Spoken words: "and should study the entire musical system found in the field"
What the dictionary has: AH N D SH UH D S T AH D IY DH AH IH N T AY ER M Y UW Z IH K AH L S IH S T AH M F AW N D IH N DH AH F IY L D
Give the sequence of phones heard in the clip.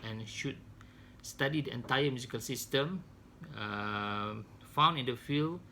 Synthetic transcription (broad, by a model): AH N SH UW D S T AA D IY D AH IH N T AY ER M Y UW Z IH K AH L S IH S T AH M F AW N IH N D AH F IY L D